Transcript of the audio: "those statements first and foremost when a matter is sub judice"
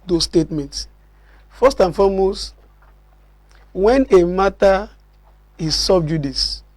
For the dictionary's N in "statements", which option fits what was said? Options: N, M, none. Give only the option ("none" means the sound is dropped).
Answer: N